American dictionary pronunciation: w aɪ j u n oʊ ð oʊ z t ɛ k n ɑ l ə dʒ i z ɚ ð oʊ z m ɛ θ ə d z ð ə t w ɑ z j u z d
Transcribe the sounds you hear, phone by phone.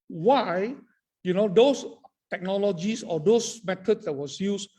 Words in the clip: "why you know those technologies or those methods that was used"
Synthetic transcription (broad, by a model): w aɪ j u n oʊ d oʊ s t ɛ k n ɑ l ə dʒ i s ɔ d oʊ s m ɛ t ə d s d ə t w ɑ s j u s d